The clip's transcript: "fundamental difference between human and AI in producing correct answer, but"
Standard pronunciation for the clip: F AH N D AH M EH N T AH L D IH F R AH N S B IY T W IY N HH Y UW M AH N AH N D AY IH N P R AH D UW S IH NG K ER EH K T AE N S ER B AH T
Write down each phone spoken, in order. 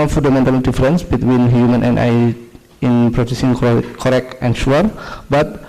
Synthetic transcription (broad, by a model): F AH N D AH M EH N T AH L D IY F R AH N S B IY T W IY N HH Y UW M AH N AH N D AY IH N P R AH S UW S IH NG K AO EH K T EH N SH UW B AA T